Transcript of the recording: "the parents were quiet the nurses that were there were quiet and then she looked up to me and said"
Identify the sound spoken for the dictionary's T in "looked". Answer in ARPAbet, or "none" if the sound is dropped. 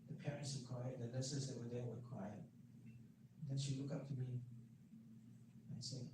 none